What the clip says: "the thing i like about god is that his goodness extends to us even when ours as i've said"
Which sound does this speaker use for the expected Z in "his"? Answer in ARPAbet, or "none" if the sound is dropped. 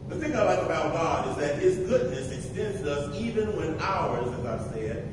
Z